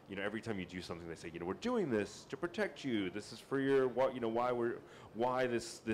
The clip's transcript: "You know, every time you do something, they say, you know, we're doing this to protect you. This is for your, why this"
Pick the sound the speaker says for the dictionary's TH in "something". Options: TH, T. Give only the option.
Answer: TH